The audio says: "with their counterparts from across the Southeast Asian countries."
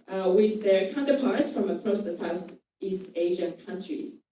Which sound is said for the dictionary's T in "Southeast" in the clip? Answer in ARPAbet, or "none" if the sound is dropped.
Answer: T